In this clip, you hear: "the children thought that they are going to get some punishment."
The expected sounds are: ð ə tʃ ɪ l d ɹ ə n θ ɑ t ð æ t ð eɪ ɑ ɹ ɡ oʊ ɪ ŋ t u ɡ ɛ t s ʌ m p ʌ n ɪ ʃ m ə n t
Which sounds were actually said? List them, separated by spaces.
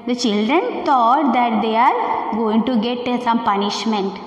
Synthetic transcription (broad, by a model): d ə tʃ ɪ l d ɹ ə n t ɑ t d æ t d eɪ ɑ ɹ ɡ oʊ ɪ ŋ t u ɡ ɛ t s ʌ m p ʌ n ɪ ʃ m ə n t